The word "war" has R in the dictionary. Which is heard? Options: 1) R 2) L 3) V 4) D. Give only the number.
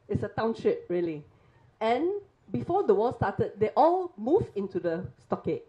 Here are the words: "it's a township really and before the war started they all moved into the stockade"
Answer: 2